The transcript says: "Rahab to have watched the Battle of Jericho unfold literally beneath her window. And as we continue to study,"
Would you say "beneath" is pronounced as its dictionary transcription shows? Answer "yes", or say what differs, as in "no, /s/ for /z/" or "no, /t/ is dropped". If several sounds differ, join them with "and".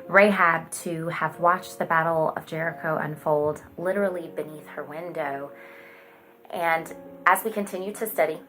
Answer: yes